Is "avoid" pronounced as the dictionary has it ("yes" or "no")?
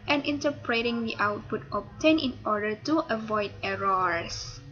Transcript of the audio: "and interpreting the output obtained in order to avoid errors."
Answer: yes